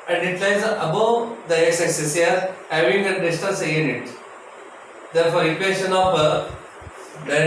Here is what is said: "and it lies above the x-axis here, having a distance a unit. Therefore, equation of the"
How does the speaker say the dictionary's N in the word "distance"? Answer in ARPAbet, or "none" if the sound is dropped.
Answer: L